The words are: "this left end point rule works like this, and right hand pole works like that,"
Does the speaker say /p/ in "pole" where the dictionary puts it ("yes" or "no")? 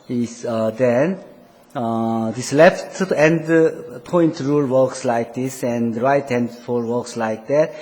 no